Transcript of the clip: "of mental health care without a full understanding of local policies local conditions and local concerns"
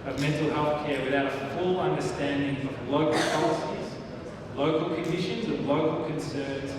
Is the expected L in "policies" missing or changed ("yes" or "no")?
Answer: no